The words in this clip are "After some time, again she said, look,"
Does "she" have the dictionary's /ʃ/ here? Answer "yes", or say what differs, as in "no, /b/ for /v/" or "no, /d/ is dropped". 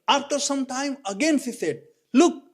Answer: no, /s/ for /ʃ/